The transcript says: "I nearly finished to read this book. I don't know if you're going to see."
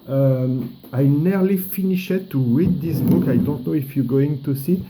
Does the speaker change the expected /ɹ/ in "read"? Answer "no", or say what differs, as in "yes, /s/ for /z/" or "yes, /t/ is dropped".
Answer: yes, /w/ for /ɹ/